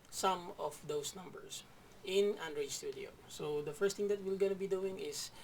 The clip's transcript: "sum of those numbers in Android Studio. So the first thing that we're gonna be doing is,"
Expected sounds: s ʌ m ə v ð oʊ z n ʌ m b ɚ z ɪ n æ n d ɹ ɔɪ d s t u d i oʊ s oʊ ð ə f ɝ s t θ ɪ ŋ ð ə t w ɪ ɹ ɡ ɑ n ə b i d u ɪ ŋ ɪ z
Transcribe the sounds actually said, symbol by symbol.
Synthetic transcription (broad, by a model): s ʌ m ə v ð oʊ s n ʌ m b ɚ s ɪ n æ n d ɹ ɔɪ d s t u d i oʊ s oʊ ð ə f ɝ s t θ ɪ ŋ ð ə t w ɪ l ɡ ɑ n ə b i d u ɪ ŋ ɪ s